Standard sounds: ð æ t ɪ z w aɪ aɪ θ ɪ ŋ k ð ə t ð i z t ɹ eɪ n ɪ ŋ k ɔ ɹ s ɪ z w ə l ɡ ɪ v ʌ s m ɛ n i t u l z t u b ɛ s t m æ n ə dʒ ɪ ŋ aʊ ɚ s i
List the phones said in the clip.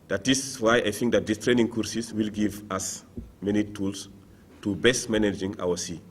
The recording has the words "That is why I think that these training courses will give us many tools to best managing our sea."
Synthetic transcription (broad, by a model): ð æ t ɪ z w aɪ aɪ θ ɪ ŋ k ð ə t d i s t ɹ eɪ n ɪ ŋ k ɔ ɹ s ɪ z w ə l ɡ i v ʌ s m ɛ n i t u l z t u b ɛ s t m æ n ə dʒ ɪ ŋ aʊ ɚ s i